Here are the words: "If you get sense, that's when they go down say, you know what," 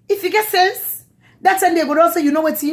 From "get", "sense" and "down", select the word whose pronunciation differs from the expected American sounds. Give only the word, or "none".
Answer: down